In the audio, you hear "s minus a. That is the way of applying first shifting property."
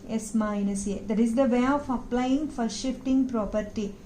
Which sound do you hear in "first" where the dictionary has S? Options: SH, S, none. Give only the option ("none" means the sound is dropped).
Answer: none